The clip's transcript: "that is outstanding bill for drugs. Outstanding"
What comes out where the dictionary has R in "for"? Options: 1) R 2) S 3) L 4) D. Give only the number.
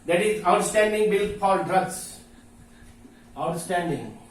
3